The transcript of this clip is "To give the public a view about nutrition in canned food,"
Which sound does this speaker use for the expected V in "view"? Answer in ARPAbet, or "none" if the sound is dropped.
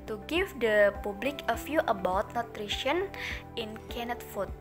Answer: F